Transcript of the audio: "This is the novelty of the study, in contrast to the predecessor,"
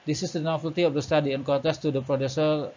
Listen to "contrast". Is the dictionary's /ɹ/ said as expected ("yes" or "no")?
no